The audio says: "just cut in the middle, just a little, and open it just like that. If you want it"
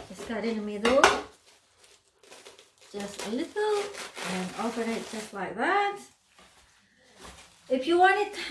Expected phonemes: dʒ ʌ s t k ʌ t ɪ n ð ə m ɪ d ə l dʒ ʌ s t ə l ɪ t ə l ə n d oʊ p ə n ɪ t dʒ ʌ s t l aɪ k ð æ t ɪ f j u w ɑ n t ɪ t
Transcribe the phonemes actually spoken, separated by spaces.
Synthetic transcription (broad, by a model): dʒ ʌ s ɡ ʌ t ɪ n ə m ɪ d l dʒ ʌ s t ə l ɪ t l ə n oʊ f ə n ɪ t dʒ ʌ s t l aɪ k ð æ t ɪ f j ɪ w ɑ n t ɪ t